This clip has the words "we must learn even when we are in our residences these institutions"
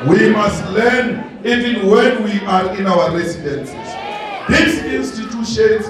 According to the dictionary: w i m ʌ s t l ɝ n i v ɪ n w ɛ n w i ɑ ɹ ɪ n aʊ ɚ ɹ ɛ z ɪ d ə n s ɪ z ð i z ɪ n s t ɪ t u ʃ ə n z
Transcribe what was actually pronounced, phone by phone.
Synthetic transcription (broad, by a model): w i m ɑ s t l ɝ n i v ɪ n w ɛ n w i ɑ ɹ ɪ n aʊ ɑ ɹ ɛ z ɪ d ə n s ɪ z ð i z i n s t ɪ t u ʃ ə n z